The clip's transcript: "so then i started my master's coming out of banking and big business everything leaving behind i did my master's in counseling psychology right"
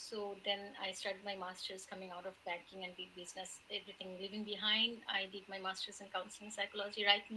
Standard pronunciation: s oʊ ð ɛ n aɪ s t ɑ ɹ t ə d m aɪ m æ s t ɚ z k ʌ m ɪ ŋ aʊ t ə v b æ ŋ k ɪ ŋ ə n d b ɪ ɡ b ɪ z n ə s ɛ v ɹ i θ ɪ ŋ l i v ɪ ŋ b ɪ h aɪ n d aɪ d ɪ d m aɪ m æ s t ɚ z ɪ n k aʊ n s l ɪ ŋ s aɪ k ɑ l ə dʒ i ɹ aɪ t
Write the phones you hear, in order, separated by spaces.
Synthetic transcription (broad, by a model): s oʊ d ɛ n aɪ s t ɑ ɹ t ə d m aɪ m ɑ s t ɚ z k ʌ m ɪ ŋ aʊ t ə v b æ ŋ k ɪ ŋ ə n d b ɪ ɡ b ɪ z n ə s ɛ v ɹ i t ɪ ŋ l i v ɪ ŋ b ɪ h aɪ n d aɪ d ɪ d m aɪ m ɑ s t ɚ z ɪ n k aʊ n s l ɪ ŋ s aɪ k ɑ l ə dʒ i ɹ aɪ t